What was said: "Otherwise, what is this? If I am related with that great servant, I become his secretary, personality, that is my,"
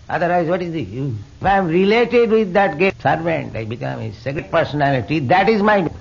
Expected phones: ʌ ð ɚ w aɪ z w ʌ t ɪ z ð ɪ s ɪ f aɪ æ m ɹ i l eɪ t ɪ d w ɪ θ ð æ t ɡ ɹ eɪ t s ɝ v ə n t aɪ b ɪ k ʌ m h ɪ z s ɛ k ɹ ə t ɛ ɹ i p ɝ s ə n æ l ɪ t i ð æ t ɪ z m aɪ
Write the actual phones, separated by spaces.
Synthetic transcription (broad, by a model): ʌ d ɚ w aɪ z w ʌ t ɪ z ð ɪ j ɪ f aɪ m ɹ i l eɪ t ɪ d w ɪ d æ t ɡ eɪ s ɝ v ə n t aɪ b ɪ k ʌ m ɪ s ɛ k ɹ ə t p ɝ s ə n æ l ɪ t i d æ t ɪ z m aɪ